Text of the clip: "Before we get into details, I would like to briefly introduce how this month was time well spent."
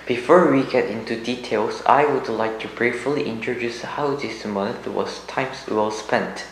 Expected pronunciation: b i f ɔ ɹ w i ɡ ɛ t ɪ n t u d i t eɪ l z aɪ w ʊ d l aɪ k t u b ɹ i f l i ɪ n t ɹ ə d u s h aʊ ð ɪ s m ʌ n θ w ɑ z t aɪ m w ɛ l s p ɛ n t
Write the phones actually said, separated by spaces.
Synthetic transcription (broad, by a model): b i f ɔ ɹ w i ɡ ɛ t ɪ n t u d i t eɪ l s aɪ w ʊ d l aɪ k t u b ɹ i f l i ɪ n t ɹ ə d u s h aʊ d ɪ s m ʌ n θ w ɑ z t aɪ m w ɛ l s p ɛ n t